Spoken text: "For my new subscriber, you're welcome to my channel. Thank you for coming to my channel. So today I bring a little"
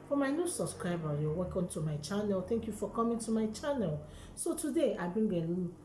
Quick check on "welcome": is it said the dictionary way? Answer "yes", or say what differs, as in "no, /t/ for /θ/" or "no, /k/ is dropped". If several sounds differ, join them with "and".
no, /l/ is dropped